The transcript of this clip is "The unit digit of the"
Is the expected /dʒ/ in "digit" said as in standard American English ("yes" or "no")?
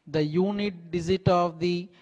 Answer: no